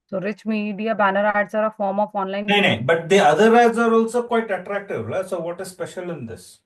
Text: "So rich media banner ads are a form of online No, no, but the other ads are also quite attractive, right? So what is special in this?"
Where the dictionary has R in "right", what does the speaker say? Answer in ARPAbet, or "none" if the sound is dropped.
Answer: L